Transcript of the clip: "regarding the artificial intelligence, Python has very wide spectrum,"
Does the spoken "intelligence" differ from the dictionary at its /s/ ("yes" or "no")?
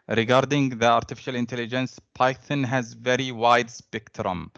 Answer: no